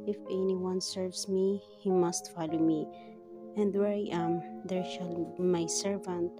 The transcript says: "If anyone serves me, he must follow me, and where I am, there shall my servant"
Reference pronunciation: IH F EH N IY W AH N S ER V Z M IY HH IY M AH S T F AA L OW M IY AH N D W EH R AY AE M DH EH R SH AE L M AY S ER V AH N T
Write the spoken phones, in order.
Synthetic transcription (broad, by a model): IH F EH N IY W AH N S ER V S M IY HH IY M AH S T F AA L OW M IY AH N D W EH R AY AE M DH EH R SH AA L M AY S ER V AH N T